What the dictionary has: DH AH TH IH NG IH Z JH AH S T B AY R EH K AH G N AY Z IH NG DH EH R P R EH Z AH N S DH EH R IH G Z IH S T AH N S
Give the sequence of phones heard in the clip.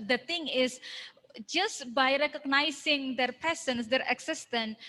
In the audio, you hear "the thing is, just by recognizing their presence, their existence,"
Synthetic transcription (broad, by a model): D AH T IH NG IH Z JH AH S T B AY R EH K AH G N AY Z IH NG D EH R P EH S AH N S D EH R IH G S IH S T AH N